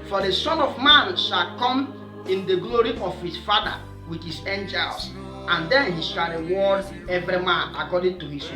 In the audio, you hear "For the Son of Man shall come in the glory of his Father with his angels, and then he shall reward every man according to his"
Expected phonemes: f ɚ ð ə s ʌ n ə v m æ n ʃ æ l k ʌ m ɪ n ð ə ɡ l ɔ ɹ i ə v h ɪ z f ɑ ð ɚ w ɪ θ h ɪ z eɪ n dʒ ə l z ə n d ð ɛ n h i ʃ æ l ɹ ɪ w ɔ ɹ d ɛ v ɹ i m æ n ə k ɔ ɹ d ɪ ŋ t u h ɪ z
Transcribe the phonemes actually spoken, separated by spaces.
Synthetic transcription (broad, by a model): f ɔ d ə s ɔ n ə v m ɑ n ʃ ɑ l k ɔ m ɪ n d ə ɡ l ɔ ɹ i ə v h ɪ s f ɑ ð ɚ w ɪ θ h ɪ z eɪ n dʒ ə l s ə n d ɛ n h i ʃ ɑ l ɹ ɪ w ɔ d ɛ v ɹ i m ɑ n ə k ɔ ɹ d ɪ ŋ t u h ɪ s